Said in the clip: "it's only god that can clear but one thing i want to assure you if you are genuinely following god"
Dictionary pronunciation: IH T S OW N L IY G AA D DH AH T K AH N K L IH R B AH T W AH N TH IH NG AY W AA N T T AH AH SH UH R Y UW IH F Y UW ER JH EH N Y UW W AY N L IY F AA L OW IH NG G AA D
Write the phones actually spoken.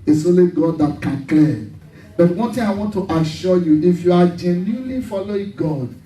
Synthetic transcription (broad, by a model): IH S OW L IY G AA D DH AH T K AH N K L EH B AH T W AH N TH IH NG AY W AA N T T AH SH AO Y UW IH F Y UW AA JH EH N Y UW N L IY F AA L OW IH NG G AA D